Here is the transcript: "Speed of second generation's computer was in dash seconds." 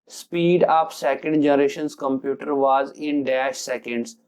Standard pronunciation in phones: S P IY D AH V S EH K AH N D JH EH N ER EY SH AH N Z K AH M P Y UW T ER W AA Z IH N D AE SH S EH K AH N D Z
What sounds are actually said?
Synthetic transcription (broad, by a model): S P IY D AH P S EH K AH N D JH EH N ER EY SH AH N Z K AH M P Y UW T ER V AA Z IH N D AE SH S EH K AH N D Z